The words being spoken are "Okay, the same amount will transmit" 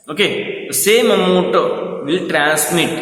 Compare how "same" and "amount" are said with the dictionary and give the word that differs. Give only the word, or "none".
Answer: amount